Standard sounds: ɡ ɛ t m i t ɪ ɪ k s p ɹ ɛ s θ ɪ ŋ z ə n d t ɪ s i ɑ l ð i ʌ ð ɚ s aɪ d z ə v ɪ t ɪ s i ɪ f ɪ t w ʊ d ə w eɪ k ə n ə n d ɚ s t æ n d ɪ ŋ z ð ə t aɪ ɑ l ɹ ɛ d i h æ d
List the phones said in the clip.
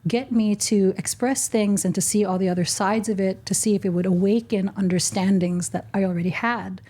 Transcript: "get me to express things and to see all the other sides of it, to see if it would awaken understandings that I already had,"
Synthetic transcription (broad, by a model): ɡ ɛ t m i t ɪ ɪ k s p ɹ ɛ s θ ɪ ŋ z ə n t ɪ s i ɑ l ð i ʌ ð ɚ s aɪ d z ə v ɪ t ɪ s i ɪ f ɪ t w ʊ d ə w eɪ k ə n ə n d ɚ s t æ n d ɪ ŋ z ð ə t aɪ ɑ l ɹ ɛ d i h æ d